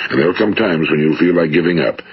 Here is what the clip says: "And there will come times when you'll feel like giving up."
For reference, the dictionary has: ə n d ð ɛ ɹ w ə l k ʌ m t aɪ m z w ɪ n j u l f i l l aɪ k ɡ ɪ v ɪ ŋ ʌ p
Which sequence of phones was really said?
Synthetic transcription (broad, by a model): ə n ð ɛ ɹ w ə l k ʌ m t aɪ m z w ɪ n j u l f i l l aɪ k ɡ ɪ v ɪ ŋ ʌ p